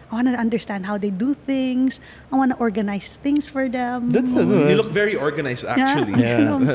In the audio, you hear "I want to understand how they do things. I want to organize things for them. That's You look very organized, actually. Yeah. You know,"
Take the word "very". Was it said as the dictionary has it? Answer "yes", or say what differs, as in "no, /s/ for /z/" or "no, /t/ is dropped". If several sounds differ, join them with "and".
yes